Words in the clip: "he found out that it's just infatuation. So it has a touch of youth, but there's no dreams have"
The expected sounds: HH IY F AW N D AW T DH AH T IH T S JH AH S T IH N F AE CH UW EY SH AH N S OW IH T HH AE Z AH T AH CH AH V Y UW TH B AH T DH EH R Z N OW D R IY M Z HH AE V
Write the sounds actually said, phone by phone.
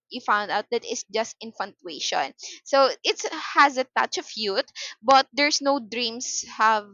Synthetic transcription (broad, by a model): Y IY F AW N D AW T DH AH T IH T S JH AH S T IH N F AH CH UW EY SH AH N S OW IH T HH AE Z AH T AH CH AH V Y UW T B AH T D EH R S N OW D R IY M S HH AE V